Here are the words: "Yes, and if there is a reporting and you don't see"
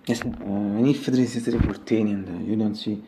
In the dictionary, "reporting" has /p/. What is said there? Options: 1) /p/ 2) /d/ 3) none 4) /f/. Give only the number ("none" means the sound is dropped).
4